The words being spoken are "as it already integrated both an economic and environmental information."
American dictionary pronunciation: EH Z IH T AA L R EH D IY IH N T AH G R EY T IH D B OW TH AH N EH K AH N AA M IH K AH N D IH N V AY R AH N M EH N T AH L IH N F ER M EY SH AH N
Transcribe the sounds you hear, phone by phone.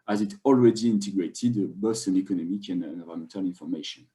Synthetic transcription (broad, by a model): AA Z IH T AA L R EH D IY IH N T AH G R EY T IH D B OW S AH N EH K AH N AA M IH K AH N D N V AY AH M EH N T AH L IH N F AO M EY SH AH N